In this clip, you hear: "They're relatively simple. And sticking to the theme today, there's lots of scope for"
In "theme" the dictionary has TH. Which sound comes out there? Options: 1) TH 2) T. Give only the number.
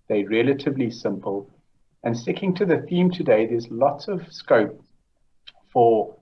1